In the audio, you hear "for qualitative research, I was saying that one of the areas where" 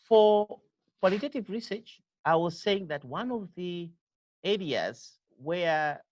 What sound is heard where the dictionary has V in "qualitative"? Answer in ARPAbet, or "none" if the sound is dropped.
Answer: V